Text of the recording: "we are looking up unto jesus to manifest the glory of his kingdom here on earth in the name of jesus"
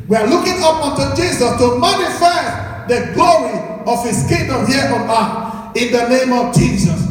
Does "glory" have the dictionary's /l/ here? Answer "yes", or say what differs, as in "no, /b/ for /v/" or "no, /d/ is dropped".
yes